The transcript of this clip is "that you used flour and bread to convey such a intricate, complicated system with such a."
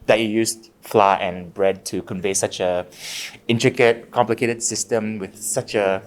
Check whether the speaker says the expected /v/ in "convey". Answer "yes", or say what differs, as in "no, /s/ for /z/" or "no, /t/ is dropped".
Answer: yes